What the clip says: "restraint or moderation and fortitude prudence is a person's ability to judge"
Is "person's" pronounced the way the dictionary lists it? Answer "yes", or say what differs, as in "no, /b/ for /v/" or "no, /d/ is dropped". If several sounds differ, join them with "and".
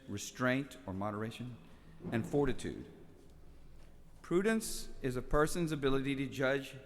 yes